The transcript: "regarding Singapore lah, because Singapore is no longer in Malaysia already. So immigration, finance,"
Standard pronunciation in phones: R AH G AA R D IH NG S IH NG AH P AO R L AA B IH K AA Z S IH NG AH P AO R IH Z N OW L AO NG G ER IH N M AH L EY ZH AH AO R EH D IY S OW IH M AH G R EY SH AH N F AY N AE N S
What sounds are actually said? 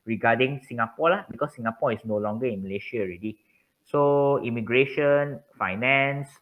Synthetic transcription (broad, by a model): R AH G AA D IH NG S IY NG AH P AO L AA B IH K AA S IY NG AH P AO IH S N OW L AO NG G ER IH N M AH L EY SH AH AO R EH D IY S OW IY M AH G R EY SH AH N F AY N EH N S